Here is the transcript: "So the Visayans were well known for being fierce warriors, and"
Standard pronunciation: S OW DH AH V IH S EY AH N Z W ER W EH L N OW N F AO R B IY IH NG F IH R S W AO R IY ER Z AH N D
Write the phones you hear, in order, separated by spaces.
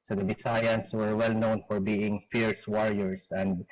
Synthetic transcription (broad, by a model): S OW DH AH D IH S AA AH N S W ER W EH L N OW N F AO R B IY IH NG F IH R S W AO R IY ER S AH N D